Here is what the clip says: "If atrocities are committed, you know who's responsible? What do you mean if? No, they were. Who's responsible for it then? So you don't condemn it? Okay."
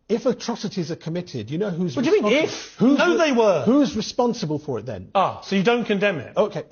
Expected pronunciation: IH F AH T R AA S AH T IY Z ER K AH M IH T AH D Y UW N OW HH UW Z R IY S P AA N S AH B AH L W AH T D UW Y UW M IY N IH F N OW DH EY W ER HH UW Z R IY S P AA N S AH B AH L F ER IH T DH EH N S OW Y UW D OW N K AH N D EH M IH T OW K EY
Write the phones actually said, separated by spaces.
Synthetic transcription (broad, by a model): IH F AH T R AA S AH T IY Z ER K AH M IH T AH D Y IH N OW HH UW Z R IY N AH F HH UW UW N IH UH DH EY W ER HH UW Z R IY S P AA N S AH B AH L F ER IH T DH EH N S OW Y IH D OW N K AH N D EH M IH T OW K EY